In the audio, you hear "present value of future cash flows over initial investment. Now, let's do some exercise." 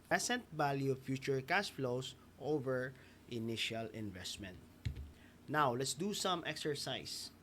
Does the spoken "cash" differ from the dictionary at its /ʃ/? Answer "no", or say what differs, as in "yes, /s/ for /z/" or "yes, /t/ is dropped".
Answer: yes, /s/ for /ʃ/